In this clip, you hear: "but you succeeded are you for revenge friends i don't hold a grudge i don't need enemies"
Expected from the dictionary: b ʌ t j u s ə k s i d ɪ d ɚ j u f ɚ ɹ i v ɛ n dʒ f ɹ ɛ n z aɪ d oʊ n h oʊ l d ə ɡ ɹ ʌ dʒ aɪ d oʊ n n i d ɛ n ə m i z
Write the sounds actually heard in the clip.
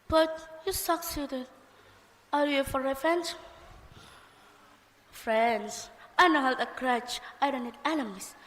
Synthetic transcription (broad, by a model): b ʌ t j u s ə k s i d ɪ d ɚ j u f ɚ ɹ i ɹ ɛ n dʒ f ɹ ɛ n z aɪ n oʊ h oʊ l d ə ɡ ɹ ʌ tʃ aɪ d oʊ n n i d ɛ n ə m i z